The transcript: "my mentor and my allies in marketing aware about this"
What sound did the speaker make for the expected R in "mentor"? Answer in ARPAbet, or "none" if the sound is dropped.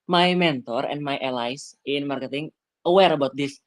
R